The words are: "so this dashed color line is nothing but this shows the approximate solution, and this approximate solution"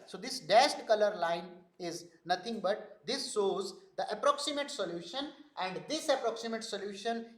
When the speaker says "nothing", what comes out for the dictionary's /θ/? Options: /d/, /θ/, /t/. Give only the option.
/t/